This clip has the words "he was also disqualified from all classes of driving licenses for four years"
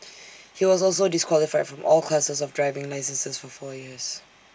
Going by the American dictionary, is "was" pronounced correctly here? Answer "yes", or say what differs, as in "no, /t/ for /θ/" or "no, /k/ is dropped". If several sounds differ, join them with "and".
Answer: yes